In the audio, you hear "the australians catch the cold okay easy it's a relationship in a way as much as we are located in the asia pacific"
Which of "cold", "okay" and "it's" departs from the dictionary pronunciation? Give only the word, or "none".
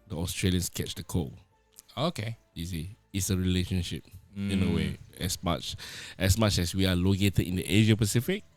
cold